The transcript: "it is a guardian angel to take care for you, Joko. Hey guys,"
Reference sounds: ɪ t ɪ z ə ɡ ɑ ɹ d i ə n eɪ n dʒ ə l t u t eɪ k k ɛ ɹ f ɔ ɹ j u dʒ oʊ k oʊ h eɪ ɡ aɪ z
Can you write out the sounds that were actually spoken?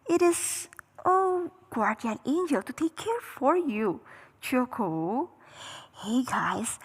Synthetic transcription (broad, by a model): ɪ t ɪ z ə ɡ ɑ ɹ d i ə n eɪ n dʒ ə l t u t eɪ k k ɛ ɹ f ɔ ɹ j u tʃ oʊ k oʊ h eɪ ɡ aɪ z